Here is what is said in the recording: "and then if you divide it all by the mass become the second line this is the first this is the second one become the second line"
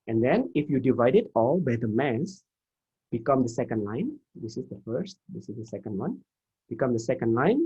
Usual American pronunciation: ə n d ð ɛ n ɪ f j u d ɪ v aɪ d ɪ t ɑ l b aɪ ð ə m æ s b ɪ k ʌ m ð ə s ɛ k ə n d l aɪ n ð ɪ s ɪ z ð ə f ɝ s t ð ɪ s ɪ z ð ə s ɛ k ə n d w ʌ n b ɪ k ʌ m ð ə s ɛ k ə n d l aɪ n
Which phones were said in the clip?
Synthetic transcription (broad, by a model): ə n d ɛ n ɪ f j u d ɪ v aɪ d ɪ t ɑ l b aɪ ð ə m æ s b ɪ k ʌ m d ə s ɛ k ə n d l aɪ n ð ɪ s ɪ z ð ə f ɝ s t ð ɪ s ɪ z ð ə s ɛ k ə n d w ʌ n b ɪ k ʌ m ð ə s ɛ k ə n d l aɪ n